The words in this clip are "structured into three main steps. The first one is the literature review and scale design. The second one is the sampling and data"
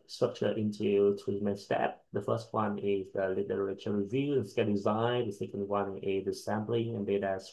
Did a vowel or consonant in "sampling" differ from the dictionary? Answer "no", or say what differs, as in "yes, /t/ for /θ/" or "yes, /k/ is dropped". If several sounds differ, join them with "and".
yes, /b/ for /p/